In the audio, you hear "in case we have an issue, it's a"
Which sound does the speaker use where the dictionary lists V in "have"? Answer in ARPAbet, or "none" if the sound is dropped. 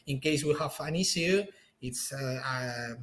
F